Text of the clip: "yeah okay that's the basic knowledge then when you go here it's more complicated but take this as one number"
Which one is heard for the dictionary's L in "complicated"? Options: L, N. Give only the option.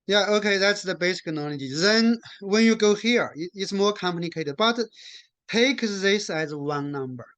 N